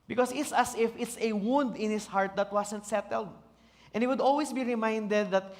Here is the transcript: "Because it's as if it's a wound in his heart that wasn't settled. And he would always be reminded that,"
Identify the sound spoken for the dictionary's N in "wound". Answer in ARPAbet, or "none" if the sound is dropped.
N